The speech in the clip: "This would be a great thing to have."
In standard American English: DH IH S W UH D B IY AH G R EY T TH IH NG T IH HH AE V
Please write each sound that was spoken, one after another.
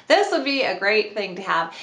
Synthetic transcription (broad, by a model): DH IH S W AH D B IY AH G R EY T TH IH NG T IH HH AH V